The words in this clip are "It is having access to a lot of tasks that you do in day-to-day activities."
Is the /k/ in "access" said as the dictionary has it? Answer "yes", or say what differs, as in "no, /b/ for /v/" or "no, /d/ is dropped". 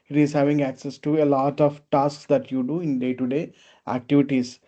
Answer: yes